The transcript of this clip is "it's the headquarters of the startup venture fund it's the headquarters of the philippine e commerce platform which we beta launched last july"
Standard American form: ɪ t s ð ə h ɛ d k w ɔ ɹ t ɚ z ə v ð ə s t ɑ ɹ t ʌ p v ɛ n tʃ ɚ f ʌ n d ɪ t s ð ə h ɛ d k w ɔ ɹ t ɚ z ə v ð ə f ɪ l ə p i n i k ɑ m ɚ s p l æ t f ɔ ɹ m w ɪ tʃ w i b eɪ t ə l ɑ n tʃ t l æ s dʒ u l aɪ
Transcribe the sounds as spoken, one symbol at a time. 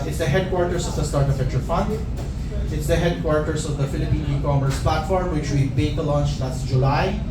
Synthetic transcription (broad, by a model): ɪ t s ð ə h ɛ d k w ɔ ɹ t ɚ s ə v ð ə s t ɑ ɹ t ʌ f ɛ tʃ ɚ f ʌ n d ɪ t s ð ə h ɛ d k w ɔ ɹ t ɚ s ə v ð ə f ɪ l ə p i n i k ɑ m ɚ s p l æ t f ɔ ɹ m w ɪ tʃ w i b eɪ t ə l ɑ n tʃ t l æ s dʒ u l aɪ